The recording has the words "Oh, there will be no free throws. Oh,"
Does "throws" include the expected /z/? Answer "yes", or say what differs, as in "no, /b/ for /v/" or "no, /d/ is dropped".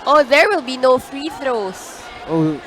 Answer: no, /s/ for /z/